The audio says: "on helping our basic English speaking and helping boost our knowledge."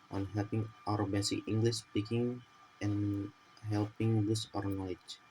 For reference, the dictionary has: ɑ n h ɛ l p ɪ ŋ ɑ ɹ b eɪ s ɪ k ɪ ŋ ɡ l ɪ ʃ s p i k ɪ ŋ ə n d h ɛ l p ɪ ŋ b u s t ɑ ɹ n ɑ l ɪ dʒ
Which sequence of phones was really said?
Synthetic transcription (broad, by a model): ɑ n h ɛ l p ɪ ŋ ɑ ɹ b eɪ s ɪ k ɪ ŋ ɡ l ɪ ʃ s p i k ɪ ŋ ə n h ɛ l p ɪ ŋ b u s ɑ ɹ n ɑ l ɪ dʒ